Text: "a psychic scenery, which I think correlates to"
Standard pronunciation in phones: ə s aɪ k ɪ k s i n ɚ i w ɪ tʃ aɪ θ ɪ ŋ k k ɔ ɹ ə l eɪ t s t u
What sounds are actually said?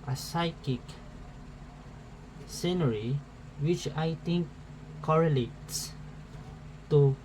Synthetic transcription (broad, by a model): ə s aɪ k ɪ k s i n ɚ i w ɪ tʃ aɪ t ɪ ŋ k k ɔ ɹ ə l eɪ t s t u